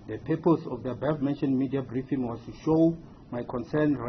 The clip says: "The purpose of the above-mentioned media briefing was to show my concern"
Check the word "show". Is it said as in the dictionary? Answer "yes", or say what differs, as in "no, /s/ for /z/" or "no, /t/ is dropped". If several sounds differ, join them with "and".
yes